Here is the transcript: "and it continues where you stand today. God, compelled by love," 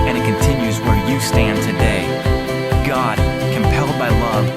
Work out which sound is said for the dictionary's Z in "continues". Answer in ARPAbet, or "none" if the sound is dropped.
Z